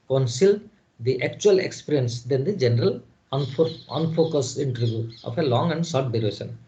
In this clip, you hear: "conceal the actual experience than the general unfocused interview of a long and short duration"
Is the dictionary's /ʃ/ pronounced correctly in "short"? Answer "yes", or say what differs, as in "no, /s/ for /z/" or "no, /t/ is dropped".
no, /s/ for /ʃ/